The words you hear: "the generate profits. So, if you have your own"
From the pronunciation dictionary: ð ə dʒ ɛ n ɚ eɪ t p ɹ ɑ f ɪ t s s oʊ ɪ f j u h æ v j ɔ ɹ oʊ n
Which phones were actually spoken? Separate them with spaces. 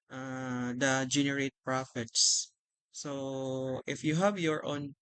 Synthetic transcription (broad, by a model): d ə dʒ ɛ n ɚ eɪ t p ɹ ɑ f ɪ t s s oʊ ɪ f j u h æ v j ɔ ɹ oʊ n